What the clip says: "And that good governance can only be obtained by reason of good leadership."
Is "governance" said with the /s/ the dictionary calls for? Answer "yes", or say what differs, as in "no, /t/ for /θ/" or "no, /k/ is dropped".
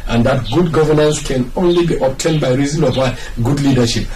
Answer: yes